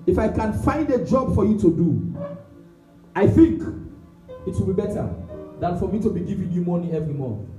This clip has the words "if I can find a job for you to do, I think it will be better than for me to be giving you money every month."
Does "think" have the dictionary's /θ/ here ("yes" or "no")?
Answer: yes